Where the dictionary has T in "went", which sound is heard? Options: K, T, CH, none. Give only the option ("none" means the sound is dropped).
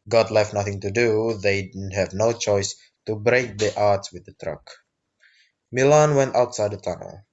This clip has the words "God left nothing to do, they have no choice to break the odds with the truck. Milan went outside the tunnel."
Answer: T